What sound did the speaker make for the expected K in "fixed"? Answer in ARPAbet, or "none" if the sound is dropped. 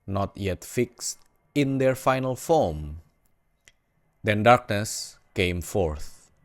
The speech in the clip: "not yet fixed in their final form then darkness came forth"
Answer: K